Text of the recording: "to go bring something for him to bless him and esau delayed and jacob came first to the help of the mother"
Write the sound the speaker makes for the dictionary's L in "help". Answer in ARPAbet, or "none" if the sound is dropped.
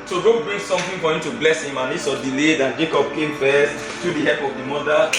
none